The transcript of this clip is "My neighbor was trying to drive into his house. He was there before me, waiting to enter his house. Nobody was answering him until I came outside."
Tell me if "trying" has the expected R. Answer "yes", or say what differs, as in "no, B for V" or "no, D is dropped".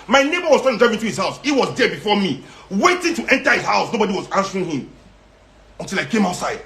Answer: no, R is dropped